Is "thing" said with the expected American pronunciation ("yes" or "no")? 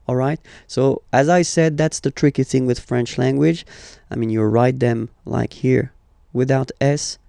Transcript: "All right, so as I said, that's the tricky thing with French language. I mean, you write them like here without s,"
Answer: yes